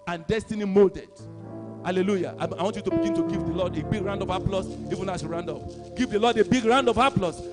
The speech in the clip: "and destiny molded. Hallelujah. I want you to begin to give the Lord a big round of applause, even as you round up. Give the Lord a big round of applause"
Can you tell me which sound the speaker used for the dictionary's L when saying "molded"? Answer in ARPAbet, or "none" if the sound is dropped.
L